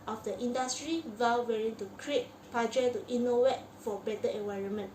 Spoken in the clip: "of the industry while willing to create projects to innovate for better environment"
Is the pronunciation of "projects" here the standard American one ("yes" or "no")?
no